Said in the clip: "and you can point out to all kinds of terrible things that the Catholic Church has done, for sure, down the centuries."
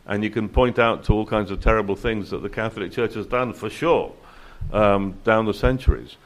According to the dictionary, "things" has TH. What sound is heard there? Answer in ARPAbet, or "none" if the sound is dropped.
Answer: TH